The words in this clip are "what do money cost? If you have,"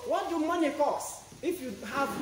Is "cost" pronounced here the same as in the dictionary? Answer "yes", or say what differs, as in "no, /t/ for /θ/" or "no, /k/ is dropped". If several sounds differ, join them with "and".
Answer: no, /t/ is dropped